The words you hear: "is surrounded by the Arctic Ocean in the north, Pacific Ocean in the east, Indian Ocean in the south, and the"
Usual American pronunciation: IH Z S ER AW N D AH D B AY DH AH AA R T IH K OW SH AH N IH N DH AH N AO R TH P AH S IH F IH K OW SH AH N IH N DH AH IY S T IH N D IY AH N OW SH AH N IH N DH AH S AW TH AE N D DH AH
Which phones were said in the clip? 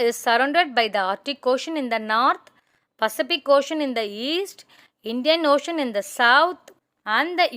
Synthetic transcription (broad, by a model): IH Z S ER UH N D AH D B AY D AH AA R T IH K OW SH AH N IH N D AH N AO R T P AH S IH F IH K OW SH AH N IH N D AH IY S T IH N D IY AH N OW SH AH N IH N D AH S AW T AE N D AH